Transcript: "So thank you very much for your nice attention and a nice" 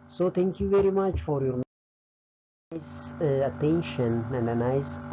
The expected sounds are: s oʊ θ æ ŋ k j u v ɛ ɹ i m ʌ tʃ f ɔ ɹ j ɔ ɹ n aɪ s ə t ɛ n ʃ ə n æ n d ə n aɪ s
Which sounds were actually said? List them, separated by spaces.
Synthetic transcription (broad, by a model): s oʊ t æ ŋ k j u v ɛ ɹ i m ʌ tʃ f ɔ ɹ j ɔ ɹ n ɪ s ə t ɛ n ʃ ə n æ n d ə n aɪ s